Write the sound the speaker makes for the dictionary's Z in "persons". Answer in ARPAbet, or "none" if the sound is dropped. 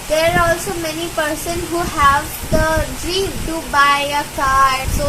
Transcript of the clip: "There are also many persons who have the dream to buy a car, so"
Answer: none